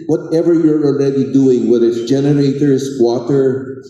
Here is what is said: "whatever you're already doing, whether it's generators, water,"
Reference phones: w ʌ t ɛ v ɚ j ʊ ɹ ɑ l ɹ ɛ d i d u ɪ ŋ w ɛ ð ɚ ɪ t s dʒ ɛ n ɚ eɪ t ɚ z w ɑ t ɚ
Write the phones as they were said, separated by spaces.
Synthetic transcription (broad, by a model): w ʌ t ɛ v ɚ j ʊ ɹ ɑ l ɹ ɛ d i d u ɪ ŋ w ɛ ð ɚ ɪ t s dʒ ɛ n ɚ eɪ t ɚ s w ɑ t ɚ